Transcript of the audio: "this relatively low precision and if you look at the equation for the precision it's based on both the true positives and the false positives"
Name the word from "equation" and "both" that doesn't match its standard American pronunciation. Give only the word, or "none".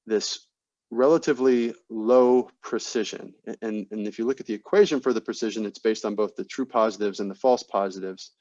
none